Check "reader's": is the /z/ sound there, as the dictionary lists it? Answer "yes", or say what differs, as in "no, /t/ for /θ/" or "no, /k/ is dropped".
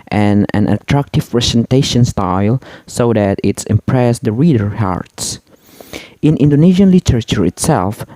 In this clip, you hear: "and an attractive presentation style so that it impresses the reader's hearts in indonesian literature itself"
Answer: no, /z/ is dropped